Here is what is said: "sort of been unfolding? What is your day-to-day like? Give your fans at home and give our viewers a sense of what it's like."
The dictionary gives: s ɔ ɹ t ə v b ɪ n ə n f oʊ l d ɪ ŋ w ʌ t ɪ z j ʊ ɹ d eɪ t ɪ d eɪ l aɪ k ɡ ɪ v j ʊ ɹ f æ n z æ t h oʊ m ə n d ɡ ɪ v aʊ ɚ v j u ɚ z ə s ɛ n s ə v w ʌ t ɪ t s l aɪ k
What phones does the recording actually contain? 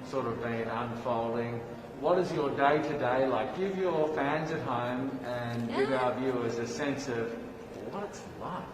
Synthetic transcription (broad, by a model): s ɔ ɹ t ə v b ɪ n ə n f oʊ l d ɪ ŋ w ʌ t ɪ z j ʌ ɹ d eɪ t ɪ d eɪ l aɪ k ɡ ɪ v j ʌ ɹ f æ n z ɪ t h oʊ m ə n ɡ ɪ v aʊ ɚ v j u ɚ z ə s ɛ n s ə v w ʌ t ɪ t s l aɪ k